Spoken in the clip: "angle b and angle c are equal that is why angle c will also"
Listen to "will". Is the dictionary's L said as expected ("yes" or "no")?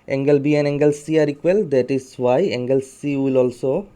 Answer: yes